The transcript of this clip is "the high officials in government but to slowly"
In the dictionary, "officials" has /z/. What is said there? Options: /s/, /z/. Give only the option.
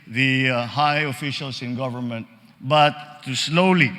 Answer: /s/